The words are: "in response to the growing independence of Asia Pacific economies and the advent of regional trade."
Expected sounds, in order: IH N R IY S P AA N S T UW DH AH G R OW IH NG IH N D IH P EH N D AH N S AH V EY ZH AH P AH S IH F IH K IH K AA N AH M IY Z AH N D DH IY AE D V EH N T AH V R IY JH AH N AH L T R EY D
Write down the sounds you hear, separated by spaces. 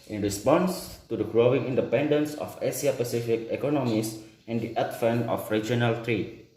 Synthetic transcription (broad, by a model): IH N R IY S P AA N S T UW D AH G R OW IH NG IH N D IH P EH N D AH N S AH F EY S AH P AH S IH F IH K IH K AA N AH M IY S AH N D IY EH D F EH N AH F R IY JH AH N AH L T R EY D